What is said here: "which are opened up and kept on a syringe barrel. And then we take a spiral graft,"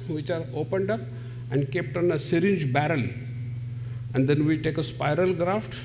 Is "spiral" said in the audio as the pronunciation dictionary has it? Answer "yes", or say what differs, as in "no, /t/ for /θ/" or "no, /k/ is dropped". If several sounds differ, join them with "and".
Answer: yes